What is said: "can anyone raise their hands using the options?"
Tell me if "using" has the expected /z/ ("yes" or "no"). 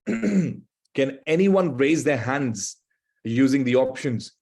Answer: yes